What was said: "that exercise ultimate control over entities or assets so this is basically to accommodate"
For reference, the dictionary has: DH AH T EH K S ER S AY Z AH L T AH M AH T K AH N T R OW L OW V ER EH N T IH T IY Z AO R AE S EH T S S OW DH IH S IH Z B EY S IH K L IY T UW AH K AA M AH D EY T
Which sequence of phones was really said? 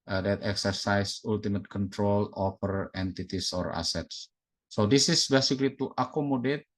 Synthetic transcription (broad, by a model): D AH T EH K S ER S AY S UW L T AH M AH T K AH N T R OW L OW F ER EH N T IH T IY S AO R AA S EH T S S OW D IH S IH S B EY S IH K L IY T UW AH K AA M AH D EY T